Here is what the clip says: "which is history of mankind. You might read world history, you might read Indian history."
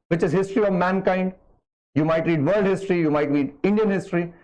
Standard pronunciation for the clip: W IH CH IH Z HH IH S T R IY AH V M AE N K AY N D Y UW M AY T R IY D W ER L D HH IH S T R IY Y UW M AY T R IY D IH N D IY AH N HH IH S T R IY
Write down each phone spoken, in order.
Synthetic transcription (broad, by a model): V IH CH IH Z HH IH S T R IY AH V M AE N K AY N D Y UW M AY T R IY D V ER L D HH IH S T R IY Y UW M AY T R IY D IH N D IY AH N HH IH S T R IY